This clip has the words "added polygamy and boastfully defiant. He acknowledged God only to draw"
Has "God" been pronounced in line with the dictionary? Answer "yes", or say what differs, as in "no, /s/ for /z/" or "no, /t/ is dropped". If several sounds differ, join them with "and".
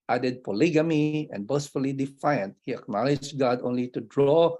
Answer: yes